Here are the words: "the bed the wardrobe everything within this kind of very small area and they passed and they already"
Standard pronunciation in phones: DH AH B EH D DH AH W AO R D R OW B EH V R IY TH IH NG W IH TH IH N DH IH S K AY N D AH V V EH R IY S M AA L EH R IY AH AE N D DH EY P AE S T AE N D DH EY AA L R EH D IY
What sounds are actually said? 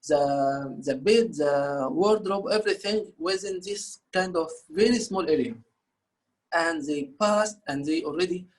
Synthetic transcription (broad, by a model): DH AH B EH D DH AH W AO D D R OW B EH V R IY TH IH NG W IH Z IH N DH IH S K AY N D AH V V EH R IY S M AA L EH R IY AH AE N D DH EY P AE S T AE N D DH EY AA L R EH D IY